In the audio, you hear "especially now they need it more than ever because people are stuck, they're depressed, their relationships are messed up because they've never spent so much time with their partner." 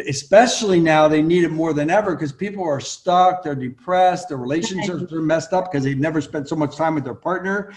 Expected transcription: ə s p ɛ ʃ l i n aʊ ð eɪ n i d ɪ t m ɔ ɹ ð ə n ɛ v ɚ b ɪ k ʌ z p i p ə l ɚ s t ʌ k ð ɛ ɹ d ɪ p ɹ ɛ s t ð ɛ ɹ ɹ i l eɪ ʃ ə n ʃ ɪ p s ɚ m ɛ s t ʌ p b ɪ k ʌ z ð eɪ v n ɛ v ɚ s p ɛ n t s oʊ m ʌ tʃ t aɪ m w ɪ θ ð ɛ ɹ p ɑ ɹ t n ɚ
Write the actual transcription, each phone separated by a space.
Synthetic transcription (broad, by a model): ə s p ɛ ʃ l i n aʊ ð eɪ n i d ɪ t m ɔ ɹ ð ə n ɛ v ɚ k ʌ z p i p l ɚ s t ʌ k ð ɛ ɹ d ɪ p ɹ ɛ s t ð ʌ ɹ ɹ i l eɪ ʃ ə n ʃ ɪ p s ɚ m ɛ s t ʌ p k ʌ z ð eɪ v n ɛ v ɚ s p ɛ n t s oʊ m ʌ tʃ t aɪ m w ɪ ð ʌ ɹ p ɑ ɹ t n ɚ